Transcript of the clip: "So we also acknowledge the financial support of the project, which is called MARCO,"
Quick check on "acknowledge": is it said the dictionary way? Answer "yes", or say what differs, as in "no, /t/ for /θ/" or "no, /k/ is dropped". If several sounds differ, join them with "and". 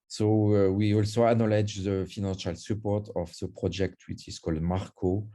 no, /k/ is dropped